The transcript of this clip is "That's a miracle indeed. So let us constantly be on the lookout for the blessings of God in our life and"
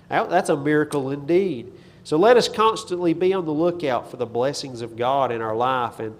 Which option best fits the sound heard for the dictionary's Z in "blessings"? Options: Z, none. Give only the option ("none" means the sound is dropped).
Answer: Z